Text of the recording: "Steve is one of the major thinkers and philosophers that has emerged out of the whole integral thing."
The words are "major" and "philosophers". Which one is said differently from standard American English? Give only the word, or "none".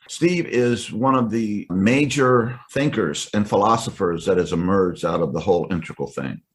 none